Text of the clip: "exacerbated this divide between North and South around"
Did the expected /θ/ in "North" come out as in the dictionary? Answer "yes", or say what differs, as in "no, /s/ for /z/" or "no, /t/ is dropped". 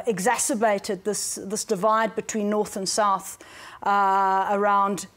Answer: yes